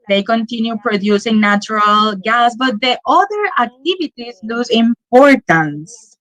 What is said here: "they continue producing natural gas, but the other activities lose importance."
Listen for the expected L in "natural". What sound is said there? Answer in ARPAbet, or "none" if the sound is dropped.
L